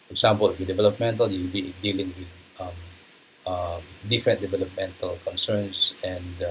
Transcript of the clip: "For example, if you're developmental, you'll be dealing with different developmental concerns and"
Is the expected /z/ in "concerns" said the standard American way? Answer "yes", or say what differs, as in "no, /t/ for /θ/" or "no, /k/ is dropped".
no, /s/ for /z/